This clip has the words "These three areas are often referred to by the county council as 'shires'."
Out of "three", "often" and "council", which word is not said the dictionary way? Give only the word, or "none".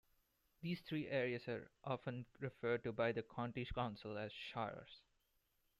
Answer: three